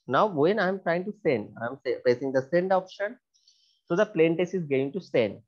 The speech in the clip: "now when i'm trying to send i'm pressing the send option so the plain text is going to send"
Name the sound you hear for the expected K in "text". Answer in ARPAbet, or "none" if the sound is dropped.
none